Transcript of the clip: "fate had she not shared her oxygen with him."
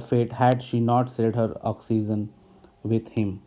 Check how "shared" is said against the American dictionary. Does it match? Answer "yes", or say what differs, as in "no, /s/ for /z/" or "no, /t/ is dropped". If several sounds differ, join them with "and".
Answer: no, /s/ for /ʃ/ and /l/ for /ɹ/